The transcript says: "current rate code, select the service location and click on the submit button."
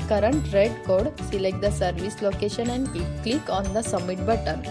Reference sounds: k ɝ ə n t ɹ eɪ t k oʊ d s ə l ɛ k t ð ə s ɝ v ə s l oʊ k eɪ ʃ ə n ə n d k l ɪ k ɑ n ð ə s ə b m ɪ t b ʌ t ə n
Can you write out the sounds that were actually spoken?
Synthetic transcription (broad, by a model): k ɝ ə n t ɹ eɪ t k oʊ d s ə l ɛ k t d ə s ɝ v ə s l oʊ k eɪ ʃ ə n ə n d k l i k ɑ n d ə s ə m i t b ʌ t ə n